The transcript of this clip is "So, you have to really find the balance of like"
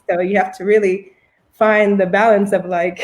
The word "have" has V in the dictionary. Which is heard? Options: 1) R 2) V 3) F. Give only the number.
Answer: 3